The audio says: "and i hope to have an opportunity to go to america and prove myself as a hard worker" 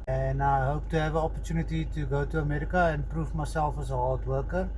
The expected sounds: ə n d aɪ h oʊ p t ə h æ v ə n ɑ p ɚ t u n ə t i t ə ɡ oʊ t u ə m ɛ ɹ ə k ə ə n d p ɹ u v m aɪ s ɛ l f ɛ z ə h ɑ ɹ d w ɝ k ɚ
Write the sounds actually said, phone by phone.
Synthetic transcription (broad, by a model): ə n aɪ h oʊ p t ə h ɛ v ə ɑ p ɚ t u n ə t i t ə ɡ oʊ t u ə m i ɹ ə k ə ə n p ɹ u f m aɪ s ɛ l f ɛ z ə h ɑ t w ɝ k ɚ